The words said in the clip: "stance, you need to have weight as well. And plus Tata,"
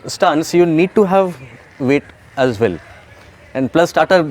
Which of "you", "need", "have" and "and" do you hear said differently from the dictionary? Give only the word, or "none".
none